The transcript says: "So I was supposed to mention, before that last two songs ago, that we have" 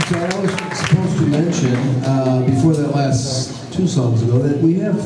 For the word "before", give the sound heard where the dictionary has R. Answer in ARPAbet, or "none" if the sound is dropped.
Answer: R